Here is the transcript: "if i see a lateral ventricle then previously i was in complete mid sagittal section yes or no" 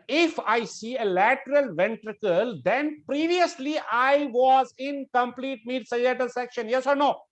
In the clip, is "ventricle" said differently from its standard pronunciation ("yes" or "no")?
no